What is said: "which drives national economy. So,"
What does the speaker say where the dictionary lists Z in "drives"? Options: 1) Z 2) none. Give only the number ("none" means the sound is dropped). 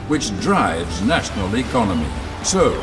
1